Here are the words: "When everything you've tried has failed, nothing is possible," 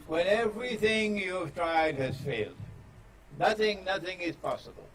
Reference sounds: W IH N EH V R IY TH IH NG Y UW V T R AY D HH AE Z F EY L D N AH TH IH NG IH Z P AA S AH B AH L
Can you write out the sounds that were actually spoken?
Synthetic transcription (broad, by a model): W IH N EH V R IY TH IH NG Y UW V T R AY D HH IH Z F EY L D N AH TH IH NG IH Z P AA S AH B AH L